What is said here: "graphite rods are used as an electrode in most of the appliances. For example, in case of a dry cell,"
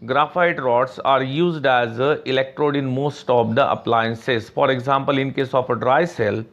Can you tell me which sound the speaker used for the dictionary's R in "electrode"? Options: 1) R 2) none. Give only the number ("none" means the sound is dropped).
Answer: 1